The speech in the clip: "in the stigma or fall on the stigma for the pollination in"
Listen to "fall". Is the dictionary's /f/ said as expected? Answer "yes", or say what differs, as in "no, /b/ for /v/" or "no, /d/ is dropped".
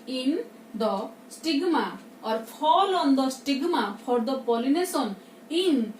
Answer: no, /p/ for /f/